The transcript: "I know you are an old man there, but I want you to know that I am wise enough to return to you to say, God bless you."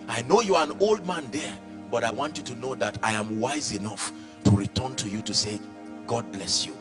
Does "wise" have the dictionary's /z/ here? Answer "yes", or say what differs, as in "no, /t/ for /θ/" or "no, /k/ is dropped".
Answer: yes